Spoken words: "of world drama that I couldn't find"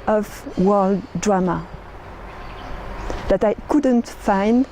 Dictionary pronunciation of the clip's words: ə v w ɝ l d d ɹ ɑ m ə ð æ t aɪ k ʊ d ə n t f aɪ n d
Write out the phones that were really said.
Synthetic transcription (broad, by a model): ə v w ɝ l d d ɹ ɑ m ə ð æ t aɪ k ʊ d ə n t f aɪ n d